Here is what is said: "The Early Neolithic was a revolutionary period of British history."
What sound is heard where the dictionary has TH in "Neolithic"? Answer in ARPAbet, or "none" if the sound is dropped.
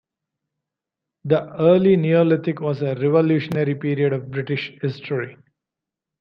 T